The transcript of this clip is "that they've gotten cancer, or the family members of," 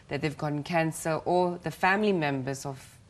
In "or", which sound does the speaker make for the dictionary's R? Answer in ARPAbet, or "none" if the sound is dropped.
L